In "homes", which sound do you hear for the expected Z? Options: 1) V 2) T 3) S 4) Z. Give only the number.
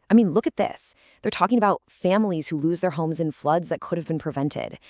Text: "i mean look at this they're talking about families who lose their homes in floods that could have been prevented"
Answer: 4